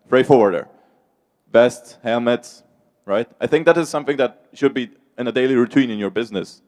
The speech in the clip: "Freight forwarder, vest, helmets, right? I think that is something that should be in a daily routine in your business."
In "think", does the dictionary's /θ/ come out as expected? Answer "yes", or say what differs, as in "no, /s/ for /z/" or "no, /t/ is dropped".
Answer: yes